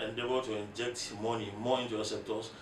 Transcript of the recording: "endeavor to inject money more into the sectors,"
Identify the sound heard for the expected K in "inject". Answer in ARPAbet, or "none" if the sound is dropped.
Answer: K